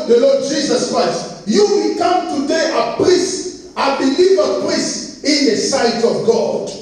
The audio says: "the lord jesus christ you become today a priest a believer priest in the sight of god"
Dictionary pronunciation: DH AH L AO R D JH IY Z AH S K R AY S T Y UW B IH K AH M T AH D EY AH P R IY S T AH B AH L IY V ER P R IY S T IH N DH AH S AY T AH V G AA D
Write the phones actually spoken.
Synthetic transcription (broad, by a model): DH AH L AO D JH IY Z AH S K R AY S T Y UW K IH K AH M T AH D EY AH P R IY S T AH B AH L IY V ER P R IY S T IH N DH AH S AY T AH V G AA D